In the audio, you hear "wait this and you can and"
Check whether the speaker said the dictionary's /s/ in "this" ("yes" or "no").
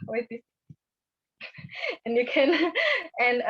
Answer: no